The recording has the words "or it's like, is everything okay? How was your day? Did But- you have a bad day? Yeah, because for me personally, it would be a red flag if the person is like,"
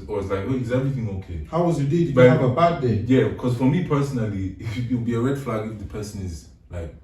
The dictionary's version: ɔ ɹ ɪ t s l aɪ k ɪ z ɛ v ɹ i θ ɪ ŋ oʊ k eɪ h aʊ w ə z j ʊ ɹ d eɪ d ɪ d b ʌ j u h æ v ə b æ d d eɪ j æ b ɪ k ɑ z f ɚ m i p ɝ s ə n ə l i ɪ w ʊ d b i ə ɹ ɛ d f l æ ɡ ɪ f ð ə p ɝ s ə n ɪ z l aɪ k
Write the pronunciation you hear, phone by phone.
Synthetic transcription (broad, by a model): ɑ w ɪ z l aɪ k ɪ z ɛ v ɹ i θ ɪ ŋ oʊ k eɪ h aʊ w ə z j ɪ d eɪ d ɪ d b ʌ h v ə b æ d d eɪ j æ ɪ k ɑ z f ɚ m i p ɝ s ə n ə l i ɪ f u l b i ə ɹ ɛ d f l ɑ ɡ ɪ f ð ə p ɝ s ə n ɪ z l aɪ k